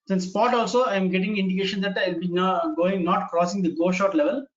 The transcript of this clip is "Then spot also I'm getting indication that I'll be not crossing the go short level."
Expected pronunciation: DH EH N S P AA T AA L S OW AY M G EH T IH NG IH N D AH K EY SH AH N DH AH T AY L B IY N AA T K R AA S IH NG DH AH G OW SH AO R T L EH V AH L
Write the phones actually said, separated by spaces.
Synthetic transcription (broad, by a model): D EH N S P AA T AA L S OW AY M G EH T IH NG IH N D AH K EY SH AH N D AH T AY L B IY N AA T K R AA S IH NG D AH G OW SH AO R T L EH V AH L